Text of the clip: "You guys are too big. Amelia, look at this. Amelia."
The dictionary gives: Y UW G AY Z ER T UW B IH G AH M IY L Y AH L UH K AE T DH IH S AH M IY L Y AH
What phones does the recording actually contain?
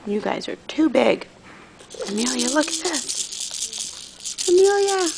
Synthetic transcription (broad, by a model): Y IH G AY Z ER T UW B IH G AH M IY L Y AH L UH K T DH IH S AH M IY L Y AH